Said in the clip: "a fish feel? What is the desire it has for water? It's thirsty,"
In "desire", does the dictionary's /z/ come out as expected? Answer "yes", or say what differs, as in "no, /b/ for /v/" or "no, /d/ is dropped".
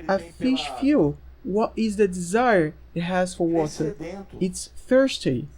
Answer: yes